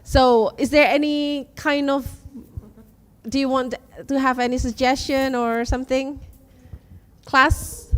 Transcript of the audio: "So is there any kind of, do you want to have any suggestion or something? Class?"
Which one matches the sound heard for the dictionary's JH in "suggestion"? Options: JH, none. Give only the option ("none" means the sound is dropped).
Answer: JH